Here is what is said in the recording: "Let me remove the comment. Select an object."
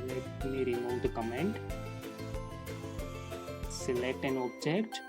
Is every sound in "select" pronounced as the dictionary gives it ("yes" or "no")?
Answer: yes